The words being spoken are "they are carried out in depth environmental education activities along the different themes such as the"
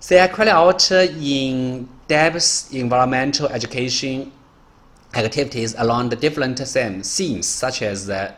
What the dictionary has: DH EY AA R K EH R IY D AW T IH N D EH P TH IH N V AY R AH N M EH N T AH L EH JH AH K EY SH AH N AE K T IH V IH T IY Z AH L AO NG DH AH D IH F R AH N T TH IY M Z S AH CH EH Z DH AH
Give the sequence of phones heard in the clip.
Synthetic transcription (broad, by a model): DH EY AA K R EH L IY AW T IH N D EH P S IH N V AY R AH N M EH N T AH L EH JH AH K EY SH AH N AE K T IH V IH T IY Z AH L AO NG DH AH D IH F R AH N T S IY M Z S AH CH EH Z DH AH